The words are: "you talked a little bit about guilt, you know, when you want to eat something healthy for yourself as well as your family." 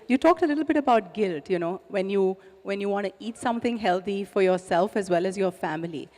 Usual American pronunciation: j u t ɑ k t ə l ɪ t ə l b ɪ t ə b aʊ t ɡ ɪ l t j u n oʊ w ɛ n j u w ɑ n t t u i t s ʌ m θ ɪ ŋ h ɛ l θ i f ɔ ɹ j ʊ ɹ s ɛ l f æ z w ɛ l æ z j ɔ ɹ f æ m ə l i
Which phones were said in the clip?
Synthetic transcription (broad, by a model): j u t ɑ k t ə l ɪ t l b ɪ t ə b aʊ t ɡ ɪ l t j u n oʊ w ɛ n j u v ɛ n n t u i t s ʌ m t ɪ ŋ h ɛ l t i f ɔ ɹ j ʊ ɹ s ɛ l f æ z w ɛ l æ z j ɔ ɹ f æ m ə l i